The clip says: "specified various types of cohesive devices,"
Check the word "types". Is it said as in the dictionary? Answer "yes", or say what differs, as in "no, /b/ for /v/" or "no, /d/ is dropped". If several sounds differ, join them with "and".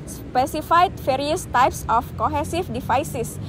yes